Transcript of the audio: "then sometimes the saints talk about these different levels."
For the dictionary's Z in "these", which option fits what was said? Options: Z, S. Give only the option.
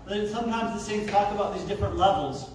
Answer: Z